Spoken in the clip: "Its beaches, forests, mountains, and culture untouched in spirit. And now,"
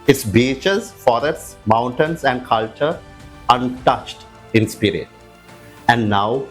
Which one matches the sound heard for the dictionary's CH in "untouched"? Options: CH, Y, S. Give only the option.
CH